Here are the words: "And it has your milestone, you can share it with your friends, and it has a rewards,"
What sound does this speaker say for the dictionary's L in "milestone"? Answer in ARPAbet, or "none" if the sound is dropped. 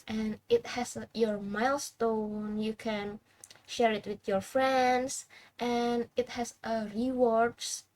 L